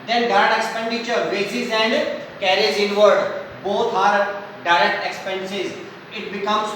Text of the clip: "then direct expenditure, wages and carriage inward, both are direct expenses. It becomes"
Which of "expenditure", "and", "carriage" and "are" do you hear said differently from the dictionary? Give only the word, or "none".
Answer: carriage